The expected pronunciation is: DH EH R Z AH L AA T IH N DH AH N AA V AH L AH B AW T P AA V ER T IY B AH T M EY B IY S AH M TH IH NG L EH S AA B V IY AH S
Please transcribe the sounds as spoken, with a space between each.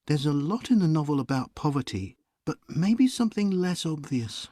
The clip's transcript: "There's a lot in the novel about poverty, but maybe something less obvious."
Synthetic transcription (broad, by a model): DH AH R Z AH L AA T IH N DH AH N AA V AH L AH B AW T P AA V ER T IY B AH T M EY B IY S AH M TH IH NG L EH S AA B V IY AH S